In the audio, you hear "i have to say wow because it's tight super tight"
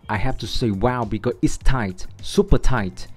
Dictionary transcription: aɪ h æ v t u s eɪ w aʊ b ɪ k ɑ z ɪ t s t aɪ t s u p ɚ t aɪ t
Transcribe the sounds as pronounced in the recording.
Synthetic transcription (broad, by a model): aɪ h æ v t u s eɪ w aʊ b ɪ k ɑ ɪ t s t aɪ t s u p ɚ t aɪ t